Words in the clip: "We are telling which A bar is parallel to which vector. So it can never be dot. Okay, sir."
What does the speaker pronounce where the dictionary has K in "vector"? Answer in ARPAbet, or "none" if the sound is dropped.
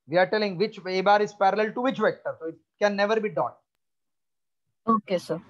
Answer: K